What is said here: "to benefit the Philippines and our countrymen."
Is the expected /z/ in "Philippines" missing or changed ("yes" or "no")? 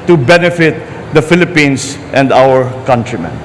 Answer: yes